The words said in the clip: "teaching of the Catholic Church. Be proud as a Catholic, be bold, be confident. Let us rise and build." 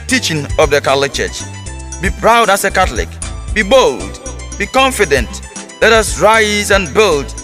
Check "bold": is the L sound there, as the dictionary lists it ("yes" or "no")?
yes